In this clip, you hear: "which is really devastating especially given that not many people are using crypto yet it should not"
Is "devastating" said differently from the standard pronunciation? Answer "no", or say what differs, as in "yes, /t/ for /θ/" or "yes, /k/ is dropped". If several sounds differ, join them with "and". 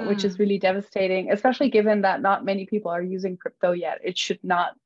no